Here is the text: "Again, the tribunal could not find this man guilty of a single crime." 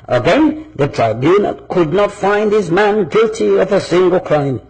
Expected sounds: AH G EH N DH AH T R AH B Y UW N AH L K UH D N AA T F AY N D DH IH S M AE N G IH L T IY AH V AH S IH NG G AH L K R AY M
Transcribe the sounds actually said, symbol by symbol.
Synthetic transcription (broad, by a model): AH G EH N DH AH T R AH B Y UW N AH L K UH D N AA T F AY N D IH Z M AE N G IH L T IY AH V AH S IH NG G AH L K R AY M